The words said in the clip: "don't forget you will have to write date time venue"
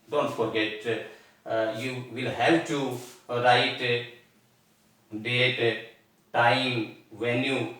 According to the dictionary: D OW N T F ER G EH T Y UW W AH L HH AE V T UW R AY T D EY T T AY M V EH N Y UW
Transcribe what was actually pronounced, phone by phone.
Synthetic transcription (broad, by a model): D OW N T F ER G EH T Y UW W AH L HH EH P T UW R AY T D EY T T AY M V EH N Y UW